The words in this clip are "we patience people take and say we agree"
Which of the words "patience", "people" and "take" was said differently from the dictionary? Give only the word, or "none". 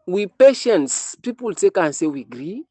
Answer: none